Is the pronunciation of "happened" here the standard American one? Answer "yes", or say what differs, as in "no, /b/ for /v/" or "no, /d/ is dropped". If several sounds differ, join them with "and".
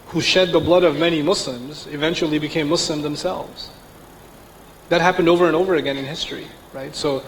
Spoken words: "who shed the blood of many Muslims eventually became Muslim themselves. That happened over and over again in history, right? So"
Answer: yes